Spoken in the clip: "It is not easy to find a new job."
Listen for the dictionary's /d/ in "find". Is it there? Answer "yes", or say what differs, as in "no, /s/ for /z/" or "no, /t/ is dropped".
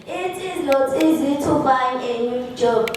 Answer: no, /d/ is dropped